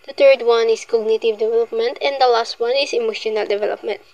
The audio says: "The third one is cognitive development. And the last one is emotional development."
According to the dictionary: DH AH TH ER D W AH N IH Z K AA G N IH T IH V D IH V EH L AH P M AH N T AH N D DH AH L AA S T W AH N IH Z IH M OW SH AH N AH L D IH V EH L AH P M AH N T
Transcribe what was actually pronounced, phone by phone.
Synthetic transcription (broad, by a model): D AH T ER D W AH N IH S K AA G N IH T IH V D IH V EH L AH P M AH N T AH N D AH L AA S T W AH N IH S IH M OW SH AH N AH L D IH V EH L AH P M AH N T